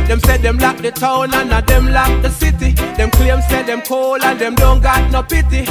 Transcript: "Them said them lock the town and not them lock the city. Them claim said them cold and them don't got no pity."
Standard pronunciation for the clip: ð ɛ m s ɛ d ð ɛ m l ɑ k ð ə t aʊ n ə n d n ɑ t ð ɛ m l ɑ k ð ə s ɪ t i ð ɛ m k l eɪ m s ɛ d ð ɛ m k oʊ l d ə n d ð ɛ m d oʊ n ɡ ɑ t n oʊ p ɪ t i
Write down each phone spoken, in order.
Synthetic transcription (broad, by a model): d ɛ m s ɛ d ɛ m l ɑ k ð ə t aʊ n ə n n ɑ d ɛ m l ɑ k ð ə s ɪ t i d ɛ m k l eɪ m s ɛ d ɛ m k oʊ l ə n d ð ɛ m d oʊ n ɡ ɑ t n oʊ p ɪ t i